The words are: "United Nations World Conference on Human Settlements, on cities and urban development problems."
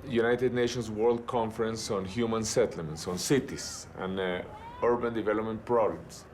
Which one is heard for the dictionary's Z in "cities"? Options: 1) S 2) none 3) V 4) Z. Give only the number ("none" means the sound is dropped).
1